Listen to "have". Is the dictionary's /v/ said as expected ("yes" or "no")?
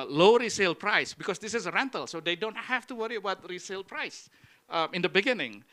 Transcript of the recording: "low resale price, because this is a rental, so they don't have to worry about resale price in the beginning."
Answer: no